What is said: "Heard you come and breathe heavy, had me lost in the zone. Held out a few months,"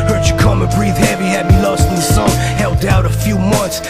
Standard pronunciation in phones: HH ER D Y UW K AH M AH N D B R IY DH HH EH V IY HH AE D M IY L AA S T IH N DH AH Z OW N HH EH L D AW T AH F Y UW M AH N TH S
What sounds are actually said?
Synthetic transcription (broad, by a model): HH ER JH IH K AH M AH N B R IY DH HH EH V IY HH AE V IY L AA S T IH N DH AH S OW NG HH EH L D AW T AH F Y UW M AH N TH S